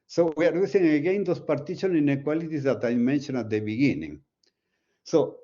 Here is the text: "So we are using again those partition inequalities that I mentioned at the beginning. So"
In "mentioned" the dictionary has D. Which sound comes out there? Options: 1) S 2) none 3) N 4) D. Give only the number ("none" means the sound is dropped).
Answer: 2